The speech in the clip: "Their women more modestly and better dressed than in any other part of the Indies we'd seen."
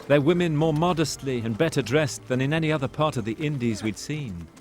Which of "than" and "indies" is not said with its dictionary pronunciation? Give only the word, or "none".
none